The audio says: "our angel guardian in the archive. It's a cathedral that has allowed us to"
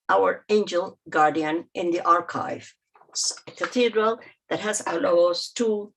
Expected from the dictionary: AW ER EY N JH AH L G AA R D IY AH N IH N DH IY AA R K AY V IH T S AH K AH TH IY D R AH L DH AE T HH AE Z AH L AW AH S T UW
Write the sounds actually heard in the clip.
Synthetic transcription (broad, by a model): AW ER EY N JH AH L G AA R D IY AH N IH N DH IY AA R K AY V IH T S AH K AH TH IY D R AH L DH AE T HH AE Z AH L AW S T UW